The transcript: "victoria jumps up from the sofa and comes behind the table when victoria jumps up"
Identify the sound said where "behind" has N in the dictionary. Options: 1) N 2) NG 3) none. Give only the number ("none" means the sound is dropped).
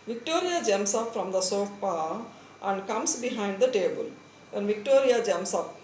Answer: 1